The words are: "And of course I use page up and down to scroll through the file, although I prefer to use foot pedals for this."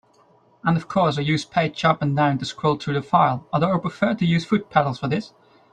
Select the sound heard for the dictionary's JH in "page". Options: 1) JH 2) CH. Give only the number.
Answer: 2